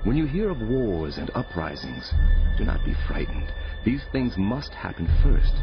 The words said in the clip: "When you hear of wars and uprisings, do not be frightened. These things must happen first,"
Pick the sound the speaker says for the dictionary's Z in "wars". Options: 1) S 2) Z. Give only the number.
2